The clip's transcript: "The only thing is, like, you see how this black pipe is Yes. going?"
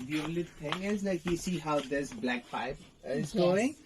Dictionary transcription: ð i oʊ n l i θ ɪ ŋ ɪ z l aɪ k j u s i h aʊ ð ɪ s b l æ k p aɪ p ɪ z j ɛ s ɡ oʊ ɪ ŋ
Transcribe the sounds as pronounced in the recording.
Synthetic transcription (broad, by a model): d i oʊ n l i t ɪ ŋ ɪ z l aɪ k j u s i h aʊ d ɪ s b l æ k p aɪ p ɪ z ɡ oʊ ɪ ŋ